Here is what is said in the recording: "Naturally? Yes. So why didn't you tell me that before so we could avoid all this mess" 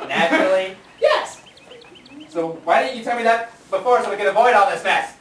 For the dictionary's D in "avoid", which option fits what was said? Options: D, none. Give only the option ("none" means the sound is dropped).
D